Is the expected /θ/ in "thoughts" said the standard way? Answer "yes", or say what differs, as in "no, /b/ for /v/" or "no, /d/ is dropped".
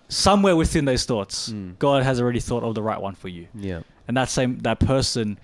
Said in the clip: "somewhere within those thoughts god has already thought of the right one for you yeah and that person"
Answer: yes